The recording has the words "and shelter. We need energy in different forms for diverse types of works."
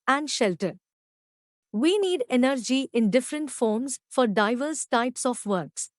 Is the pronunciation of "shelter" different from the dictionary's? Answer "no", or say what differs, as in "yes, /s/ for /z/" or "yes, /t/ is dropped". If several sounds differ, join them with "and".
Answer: no